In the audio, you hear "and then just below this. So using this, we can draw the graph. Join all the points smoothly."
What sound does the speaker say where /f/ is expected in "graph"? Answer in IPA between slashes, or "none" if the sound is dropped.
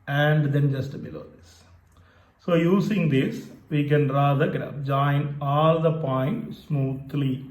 /p/